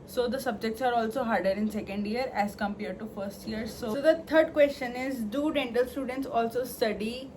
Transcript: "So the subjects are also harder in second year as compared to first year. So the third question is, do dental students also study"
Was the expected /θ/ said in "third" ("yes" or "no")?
no